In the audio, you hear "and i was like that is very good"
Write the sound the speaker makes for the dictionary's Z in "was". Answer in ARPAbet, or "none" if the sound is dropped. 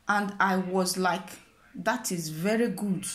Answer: Z